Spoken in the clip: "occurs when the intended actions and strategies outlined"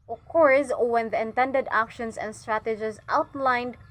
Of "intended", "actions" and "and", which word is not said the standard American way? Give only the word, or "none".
actions